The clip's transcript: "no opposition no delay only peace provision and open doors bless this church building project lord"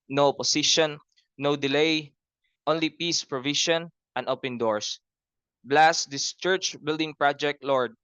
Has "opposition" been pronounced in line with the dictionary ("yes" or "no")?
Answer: no